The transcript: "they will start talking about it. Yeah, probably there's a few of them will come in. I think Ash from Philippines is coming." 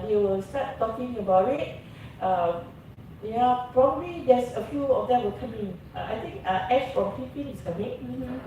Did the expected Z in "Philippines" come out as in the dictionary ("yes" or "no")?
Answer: no